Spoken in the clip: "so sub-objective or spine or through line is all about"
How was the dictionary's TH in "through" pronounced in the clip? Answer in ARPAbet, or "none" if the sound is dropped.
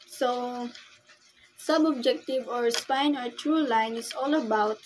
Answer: T